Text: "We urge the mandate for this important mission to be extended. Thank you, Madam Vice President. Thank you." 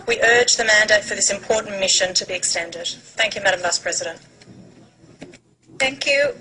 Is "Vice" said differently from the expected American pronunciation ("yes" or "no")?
no